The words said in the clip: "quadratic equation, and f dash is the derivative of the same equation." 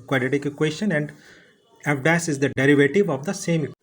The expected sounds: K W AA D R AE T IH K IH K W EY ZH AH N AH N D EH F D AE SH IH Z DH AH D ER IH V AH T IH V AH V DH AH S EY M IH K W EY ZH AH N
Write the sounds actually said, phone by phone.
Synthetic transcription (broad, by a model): K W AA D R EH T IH K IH K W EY SH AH N AH N D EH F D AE S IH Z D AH D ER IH V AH T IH V AH V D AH S EY M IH K